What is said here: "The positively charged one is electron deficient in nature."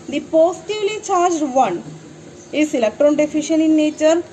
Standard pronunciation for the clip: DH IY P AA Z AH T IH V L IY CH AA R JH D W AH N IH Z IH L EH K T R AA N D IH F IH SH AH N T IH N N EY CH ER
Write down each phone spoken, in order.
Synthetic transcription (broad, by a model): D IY P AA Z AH T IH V L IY CH AA R JH D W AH N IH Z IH L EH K T R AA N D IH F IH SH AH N IH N N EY CH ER